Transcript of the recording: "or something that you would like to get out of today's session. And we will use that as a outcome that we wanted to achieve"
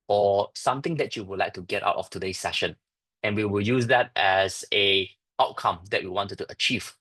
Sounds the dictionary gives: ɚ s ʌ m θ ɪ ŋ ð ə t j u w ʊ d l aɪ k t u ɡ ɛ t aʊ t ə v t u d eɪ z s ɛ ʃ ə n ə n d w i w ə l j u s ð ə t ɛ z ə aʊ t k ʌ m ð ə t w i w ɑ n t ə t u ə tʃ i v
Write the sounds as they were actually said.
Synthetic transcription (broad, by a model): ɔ s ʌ m t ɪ ŋ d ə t j u w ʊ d l aɪ k t u ɡ ɛ t aʊ t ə f t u d eɪ s ɛ ʃ ə n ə n w i w ə l j u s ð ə t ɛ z ə aʊ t k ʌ m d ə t w i w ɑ n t t u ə tʃ i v